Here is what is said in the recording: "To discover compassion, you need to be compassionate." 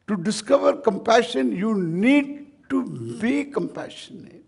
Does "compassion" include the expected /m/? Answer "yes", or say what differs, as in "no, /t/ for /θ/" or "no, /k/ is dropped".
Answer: yes